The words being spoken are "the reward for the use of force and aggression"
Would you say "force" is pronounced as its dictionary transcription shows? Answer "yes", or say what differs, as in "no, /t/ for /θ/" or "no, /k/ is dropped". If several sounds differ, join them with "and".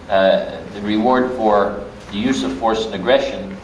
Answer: yes